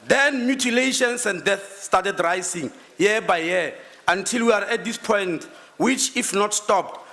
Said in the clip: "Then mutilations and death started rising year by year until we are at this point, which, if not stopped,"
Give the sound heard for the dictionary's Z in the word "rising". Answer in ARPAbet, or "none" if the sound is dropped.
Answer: S